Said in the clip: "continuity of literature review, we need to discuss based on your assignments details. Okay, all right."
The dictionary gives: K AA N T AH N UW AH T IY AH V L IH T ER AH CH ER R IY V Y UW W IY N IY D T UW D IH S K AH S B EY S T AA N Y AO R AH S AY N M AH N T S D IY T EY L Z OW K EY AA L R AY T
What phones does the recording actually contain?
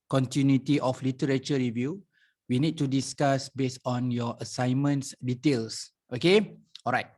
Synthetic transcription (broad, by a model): K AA N T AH N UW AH T IY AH F L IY T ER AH CH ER R IY V Y UW W IY N IY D T UW D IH S K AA S B EY S AA N Y AO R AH S AY N M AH N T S D IY T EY L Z OW K EY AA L R AY T